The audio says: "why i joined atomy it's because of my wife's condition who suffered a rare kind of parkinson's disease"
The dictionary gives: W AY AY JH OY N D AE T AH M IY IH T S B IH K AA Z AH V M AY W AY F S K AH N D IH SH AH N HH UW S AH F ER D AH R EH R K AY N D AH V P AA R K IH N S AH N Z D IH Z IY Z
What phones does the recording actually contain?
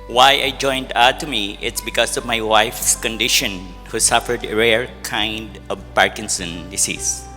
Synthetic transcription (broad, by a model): W AY AY JH OY N D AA T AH M IY IH T S B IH K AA S AH V M AY W AY F S K AH N D IH SH AH N HH UW S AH F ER D AH R EH R K AY N D AH V P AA R K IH N S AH N D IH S IY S